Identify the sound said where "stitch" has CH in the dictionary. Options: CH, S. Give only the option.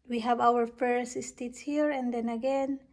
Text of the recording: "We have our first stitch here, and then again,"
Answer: S